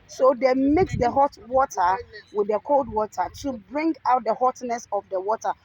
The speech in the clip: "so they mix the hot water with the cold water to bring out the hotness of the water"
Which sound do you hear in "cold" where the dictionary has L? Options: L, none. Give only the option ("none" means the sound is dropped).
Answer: L